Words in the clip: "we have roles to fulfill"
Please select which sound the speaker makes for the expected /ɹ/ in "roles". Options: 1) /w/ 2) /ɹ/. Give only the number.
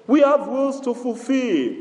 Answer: 1